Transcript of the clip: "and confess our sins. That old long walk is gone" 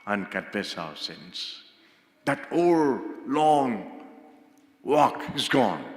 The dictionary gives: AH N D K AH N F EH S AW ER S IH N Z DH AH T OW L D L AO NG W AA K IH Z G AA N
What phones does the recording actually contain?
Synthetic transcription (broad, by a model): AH N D K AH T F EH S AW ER S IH N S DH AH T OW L L AO NG W AA K IH Z G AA N